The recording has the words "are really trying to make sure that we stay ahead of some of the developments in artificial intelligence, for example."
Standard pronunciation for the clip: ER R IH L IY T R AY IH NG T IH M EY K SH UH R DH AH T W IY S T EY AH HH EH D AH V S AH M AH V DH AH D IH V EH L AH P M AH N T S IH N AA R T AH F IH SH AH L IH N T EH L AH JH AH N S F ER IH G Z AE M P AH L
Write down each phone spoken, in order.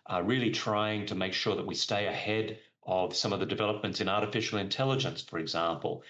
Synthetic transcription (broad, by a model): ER R IH L IY T R AY IH NG T IH M EY K SH UH R DH AH T W IY S T EY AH HH EH D AH V S AH M AH V DH AH D IH V EH L AH P M AH N T S IH N AA R T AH F IH SH L IH N T EH L AH JH AH N S F ER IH G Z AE M P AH L